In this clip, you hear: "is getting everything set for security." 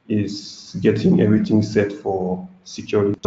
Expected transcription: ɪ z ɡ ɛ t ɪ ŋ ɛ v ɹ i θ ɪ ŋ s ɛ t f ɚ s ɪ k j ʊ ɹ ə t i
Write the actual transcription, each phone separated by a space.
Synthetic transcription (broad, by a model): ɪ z ɡ ɛ t ɪ ŋ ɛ v ɹ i t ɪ ŋ s ɛ t f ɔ s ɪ k j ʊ ɹ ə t